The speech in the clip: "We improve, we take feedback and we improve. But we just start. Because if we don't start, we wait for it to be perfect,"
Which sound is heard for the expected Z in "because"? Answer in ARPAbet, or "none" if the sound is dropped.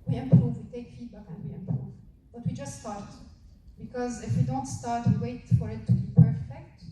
Z